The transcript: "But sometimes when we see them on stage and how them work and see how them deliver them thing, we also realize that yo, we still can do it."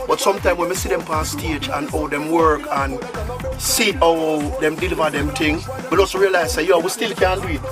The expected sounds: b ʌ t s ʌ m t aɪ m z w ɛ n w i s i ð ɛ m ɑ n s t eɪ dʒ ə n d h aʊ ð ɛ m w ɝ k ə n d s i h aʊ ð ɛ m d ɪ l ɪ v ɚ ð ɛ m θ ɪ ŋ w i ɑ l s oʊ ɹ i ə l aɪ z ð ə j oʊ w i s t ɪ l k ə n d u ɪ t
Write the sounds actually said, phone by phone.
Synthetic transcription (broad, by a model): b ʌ t s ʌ m t aɪ m w ɛ n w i s i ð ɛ m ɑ s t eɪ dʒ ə n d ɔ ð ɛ m w ɝ k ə n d s i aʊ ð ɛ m d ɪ l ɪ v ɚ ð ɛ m t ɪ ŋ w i ɑ l s oʊ ɹ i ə l aɪ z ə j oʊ w i s t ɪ l k ə n d u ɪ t